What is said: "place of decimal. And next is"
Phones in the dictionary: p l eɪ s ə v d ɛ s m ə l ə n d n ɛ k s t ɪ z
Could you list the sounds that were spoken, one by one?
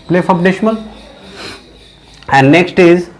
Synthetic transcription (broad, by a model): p l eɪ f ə p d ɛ ʃ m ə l ə n d n ɛ k s t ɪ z